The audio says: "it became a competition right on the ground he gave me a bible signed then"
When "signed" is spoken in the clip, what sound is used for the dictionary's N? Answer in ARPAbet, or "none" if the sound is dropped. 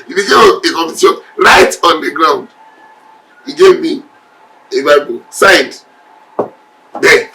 none